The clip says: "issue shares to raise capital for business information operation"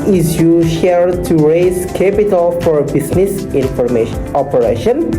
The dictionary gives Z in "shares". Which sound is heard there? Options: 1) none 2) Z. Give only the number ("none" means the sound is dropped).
1